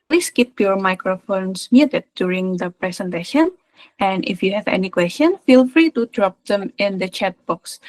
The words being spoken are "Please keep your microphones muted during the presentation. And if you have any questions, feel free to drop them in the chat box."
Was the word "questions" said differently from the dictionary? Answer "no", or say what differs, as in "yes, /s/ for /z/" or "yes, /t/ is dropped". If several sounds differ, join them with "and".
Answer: yes, /z/ is dropped